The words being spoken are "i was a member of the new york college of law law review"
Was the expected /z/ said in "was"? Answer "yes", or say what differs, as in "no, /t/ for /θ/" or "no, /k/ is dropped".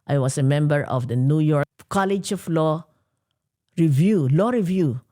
no, /s/ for /z/